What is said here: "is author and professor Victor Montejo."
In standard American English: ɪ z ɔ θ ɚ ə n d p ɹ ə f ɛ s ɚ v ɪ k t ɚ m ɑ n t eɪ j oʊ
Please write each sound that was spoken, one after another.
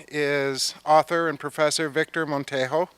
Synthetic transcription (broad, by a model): ɪ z ɔ θ ɚ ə n p ɹ ə f ɛ s ɚ v ɪ k t ɚ m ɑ n t eɪ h oʊ